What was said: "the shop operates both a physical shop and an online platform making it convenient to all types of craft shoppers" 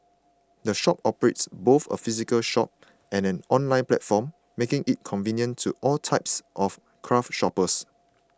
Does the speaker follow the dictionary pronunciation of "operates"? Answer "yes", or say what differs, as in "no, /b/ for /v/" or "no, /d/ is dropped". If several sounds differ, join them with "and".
yes